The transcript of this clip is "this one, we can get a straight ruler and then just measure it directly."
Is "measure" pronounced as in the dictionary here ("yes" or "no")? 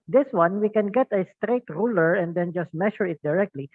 no